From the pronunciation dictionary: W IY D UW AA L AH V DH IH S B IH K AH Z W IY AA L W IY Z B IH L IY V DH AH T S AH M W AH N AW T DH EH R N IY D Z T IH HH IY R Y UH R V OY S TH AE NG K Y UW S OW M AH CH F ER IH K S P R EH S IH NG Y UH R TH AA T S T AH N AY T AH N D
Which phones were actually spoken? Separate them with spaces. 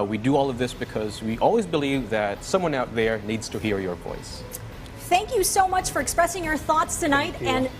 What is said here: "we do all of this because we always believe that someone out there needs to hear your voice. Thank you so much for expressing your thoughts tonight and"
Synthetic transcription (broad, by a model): W IY D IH AA L AH V DH IH S B IH K AH Z W IY AA L W IY Z B IH L IY V DH AH T S AH M W AH N AW T DH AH R N IY D Z T IH HH IY R Y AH R V OY S TH AE NG K Y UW S OW M AH CH F ER IH K S P R EH S IH NG Y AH R TH AA T S T AH N AY T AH N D